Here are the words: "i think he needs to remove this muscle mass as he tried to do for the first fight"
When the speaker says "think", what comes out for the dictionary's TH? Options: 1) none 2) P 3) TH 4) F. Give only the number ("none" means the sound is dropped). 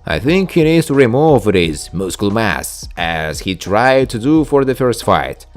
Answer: 3